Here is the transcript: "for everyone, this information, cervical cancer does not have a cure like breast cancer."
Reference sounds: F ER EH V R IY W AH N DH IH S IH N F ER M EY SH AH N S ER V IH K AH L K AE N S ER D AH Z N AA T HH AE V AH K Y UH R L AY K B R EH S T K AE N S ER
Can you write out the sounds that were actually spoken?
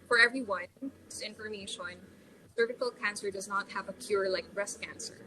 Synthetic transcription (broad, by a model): F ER EH V R IY W AH N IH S IH N F ER M EY SH AH N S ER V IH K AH L K AE N S ER D AH Z N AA T HH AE V AH K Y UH R L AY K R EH S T K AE N S ER